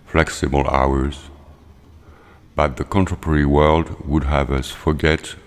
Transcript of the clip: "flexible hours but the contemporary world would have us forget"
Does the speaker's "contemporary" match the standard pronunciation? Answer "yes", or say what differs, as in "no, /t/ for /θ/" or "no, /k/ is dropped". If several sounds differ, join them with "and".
no, /m/ is dropped